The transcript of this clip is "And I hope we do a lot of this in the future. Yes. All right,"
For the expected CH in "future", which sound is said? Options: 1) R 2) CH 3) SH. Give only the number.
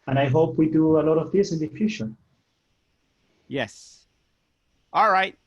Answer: 3